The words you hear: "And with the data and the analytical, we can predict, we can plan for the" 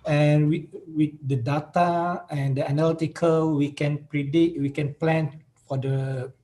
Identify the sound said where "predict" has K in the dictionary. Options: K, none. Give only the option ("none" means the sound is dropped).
none